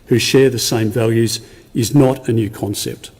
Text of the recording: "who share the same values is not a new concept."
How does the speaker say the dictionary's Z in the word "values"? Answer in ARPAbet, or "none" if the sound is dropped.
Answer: Z